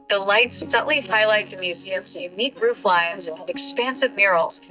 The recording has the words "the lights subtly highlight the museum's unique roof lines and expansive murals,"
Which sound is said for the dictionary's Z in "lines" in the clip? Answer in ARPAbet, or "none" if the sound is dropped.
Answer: Z